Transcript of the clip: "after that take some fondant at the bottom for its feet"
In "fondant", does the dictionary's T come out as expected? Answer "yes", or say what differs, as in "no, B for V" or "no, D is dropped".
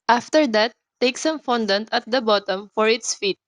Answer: yes